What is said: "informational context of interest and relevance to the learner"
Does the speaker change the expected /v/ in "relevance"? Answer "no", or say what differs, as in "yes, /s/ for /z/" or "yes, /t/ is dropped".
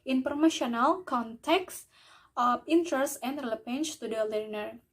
yes, /p/ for /v/